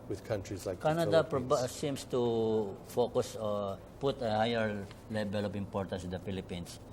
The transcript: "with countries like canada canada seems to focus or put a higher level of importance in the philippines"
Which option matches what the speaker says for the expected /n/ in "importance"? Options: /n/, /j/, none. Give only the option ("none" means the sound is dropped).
none